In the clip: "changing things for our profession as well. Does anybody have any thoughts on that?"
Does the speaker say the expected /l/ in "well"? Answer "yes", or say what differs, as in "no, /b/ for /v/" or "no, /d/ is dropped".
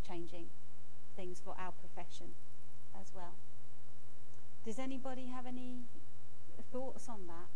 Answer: yes